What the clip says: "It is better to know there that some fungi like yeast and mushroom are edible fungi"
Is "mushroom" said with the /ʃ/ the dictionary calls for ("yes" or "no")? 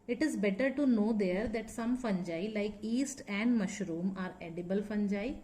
yes